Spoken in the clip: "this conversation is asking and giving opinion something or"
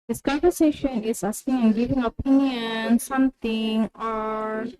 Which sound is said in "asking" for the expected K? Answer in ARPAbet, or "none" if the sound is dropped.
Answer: none